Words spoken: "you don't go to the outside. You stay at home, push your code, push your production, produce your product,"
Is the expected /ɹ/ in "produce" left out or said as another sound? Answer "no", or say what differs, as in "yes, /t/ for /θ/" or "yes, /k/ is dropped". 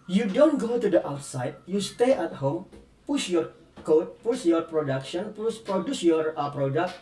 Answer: no